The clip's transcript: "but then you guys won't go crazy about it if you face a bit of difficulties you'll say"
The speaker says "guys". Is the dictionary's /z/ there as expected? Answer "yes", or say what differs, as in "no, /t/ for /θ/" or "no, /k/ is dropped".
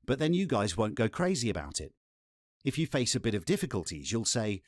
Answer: yes